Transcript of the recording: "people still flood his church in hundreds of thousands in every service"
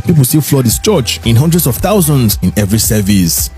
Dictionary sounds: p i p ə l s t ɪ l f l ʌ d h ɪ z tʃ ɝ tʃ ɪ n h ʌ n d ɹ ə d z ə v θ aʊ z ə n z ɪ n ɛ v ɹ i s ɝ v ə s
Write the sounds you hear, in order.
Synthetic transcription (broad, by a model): p i p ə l s t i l f l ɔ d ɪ s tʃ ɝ tʃ ɪ n h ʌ n d ɹ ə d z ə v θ aʊ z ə n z ɪ n ɛ v ɹ i s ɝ v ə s